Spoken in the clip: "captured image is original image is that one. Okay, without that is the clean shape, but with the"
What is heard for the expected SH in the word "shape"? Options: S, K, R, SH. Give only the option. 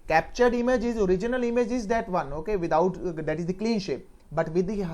SH